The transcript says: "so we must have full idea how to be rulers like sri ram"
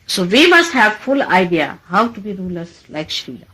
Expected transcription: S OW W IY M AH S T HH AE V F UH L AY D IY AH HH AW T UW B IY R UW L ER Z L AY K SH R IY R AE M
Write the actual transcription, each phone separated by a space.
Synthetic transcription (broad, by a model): S OW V IY M AH S T HH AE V F UH L AY D IY AH HH AW T UW B IY R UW L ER S L AY K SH IY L